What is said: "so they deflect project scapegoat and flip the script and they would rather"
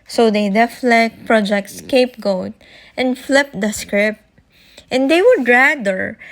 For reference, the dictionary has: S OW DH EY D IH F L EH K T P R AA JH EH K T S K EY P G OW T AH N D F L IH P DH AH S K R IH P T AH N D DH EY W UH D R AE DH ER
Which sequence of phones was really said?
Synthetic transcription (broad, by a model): S OW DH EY D IH F L EH K T P R AA JH EH K T S K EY P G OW T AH N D F L IH P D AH S K R IH P T AH N D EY W UH D R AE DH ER